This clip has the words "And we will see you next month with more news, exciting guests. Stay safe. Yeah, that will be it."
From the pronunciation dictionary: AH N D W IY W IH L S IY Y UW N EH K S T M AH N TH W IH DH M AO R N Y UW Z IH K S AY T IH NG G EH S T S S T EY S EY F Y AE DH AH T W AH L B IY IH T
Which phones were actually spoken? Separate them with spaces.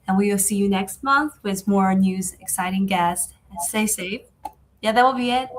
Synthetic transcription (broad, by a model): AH N W IY W IH L S IY Y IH N EH K S T M AH N TH W IH DH M AO R N Y UW Z IH K S AY T IH NG G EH S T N S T EY S EY F Y AE DH AH T W AH L B IY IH T